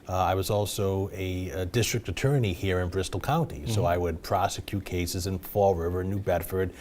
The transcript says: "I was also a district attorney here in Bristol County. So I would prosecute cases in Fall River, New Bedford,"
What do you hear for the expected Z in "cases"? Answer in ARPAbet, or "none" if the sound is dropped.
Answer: Z